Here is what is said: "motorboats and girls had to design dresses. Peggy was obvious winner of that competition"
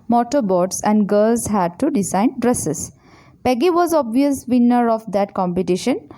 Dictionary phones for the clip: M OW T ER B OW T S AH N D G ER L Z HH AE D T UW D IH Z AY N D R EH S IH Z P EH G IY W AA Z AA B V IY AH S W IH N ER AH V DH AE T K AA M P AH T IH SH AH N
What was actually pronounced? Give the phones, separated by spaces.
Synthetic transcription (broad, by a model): M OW T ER B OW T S AH N D G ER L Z HH AE D T UW D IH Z AY N D R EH S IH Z P EH G IY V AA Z AA B V IY AH S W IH N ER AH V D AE T K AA M P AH T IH SH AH N